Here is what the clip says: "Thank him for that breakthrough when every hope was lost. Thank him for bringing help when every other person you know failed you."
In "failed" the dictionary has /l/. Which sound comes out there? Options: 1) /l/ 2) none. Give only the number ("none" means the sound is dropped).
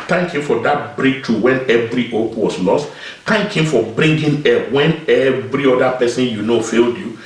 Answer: 1